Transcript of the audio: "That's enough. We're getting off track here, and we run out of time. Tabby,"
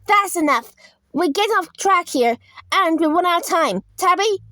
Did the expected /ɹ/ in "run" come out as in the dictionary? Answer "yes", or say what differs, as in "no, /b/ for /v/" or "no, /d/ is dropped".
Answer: no, /w/ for /ɹ/